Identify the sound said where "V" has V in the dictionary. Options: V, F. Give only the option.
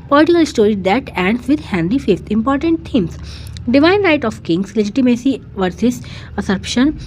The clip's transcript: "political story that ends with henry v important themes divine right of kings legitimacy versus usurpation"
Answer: F